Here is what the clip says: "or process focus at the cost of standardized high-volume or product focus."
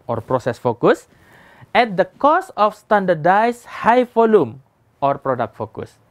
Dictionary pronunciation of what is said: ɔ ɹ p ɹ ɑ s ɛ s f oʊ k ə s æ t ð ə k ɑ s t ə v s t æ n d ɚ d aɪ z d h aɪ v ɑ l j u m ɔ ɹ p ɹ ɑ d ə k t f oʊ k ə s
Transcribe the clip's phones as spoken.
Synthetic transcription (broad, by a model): ɔ ɹ p ɹ ɑ s ɛ s f oʊ k ə s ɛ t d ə k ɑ s ə f s t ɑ n d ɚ d aɪ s h aɪ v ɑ l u m ɔ ɹ p ɹ ɑ d ə k t f oʊ k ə s